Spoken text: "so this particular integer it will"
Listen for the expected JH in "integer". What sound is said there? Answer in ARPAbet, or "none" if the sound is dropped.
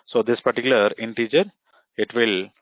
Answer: CH